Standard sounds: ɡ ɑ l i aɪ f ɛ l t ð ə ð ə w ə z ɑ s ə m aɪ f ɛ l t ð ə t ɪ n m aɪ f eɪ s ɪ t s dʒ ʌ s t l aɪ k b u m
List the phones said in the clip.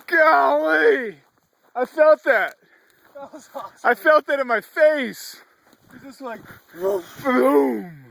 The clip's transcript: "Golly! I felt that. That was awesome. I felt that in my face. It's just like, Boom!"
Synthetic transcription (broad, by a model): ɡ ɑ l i aɪ f ɛ l t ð ð ə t ɑ ə f ɛ l t ð ə t ɪ n m aɪ f eɪ ɪ s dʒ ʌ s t l aɪ k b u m